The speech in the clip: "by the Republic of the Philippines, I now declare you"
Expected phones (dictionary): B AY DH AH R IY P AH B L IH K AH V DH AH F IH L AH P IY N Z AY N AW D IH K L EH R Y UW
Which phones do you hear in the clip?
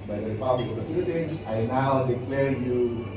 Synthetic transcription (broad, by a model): B AY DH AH R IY P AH B L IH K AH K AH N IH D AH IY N S AY N AW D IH K L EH R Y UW